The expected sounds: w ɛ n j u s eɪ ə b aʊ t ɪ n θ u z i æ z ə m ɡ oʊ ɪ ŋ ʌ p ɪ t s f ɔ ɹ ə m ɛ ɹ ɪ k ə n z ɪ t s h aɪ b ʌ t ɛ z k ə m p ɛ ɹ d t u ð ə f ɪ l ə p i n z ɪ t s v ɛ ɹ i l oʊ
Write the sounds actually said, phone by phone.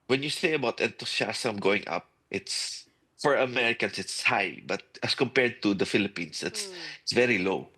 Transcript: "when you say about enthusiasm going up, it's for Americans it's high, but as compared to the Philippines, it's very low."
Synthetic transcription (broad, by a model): w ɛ n j u s eɪ ə b aʊ t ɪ n t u s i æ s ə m ɡ oʊ ɪ ŋ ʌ p ɪ t s f ɔ ɹ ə m ɛ ɹ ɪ k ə n s ɪ t s h aɪ b ʌ t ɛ s k ə m p ɛ ɹ d t u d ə f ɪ l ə p i n s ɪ t s v ɛ ɹ i l oʊ